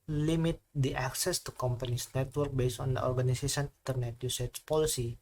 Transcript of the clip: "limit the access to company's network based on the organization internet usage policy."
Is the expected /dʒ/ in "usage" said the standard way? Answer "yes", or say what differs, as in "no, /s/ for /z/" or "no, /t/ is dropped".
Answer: no, /tʃ/ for /dʒ/